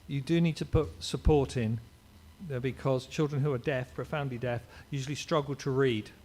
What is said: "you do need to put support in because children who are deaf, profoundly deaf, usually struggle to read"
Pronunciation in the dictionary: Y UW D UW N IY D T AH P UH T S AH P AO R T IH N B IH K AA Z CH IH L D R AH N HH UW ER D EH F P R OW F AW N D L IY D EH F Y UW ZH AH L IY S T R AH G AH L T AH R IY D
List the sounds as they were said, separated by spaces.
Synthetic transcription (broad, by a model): Y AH D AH N IY D T AH P UH T S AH P AO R T IH N B IH K AA Z CH IH L D R AH N HH UW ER D EH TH P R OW F AW N D L IY D EH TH Y UW ZH AH L IY S T R AH G AH L T AH R IY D